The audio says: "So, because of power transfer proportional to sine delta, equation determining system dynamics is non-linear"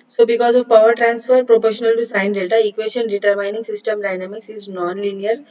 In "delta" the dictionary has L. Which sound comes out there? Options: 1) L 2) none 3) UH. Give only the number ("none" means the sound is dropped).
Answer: 2